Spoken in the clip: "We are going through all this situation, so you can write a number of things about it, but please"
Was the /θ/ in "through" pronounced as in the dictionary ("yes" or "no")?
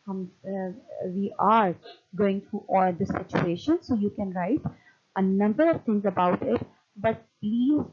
no